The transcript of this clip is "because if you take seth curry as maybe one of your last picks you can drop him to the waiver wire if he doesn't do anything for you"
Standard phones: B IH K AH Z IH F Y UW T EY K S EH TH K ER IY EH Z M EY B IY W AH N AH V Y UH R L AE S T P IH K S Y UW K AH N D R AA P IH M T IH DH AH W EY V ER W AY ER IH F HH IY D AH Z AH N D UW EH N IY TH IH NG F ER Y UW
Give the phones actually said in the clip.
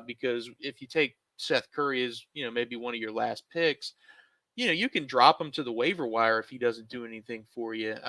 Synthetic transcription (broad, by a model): B IH K AH Z IH F Y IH T EY K S EH TH K ER IY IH Z M EY B IY W AH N AH V Y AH R L AE S T P IH K S Y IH K AH N D R AA P IH M T IH DH AH W EY V ER W AY ER IH F HH IY D AH Z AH N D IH EH N IY TH IH NG F ER Y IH